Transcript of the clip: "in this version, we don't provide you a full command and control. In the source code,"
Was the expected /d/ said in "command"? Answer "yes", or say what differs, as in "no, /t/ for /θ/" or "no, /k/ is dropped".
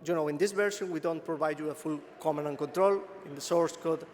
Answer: no, /d/ is dropped